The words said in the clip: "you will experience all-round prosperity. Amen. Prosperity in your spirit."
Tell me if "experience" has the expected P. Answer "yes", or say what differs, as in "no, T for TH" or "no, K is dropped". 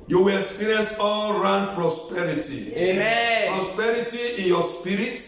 no, P is dropped